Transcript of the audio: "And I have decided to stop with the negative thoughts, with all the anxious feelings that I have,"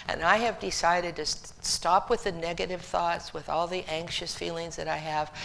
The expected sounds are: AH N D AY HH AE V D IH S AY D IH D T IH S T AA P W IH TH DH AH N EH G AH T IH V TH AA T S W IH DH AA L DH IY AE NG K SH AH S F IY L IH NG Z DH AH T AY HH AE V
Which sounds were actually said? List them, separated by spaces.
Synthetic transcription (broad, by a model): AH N AY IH V D IH S AY D IH D T IH S T AA P W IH DH AH N EH G AH T IH V TH AA T S W IH DH AA L DH IY AE NG K SH AH S F IY L IH NG Z DH AH T AY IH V